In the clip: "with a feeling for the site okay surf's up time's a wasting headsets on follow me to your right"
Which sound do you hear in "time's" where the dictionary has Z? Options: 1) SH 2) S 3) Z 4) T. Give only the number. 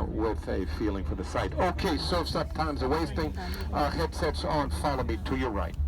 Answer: 3